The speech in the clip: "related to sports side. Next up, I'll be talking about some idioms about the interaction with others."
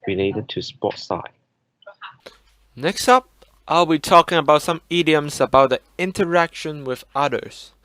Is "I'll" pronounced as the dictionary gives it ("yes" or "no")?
yes